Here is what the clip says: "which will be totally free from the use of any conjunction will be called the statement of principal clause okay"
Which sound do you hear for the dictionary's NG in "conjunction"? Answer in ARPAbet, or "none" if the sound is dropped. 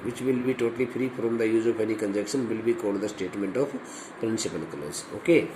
none